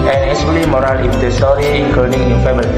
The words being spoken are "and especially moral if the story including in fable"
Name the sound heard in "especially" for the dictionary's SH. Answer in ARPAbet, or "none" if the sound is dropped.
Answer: none